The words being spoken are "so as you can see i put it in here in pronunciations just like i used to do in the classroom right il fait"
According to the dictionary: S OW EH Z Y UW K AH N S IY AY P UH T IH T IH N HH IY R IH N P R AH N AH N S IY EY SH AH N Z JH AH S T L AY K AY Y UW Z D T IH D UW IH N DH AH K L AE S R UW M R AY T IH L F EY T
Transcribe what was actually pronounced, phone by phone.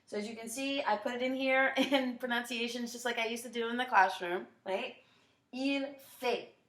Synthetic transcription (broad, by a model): S OW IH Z Y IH K AH N S IY AY P UH T IH T IH N HH IY R IH N P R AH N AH N S IY EY SH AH N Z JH AH S T L AY K AY Y UW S T IH D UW IH N DH AH K L AE S R UW M R AY T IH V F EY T